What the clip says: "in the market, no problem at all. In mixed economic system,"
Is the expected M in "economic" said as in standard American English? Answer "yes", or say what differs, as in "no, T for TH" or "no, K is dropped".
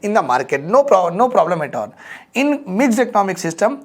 yes